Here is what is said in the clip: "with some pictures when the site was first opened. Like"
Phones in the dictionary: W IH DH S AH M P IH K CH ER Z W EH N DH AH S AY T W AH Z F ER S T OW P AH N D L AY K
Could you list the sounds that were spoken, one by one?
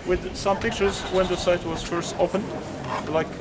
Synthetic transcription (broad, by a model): W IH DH S AH M P IH K CH ER Z W EH N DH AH S AY T W AH Z F ER S T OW F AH N L AY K